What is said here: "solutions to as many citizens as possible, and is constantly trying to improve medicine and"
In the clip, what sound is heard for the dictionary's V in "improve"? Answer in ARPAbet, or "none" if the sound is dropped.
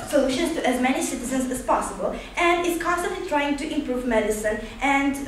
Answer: V